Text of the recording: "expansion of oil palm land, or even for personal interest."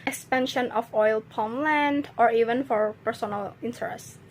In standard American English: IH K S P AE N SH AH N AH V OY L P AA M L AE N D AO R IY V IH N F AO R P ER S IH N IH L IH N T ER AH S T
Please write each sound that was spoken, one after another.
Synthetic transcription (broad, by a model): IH K S P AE N SH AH N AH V OY L P AA M L AE N D AO R IY V IH N F AO R P ER S IH N IH L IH N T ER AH S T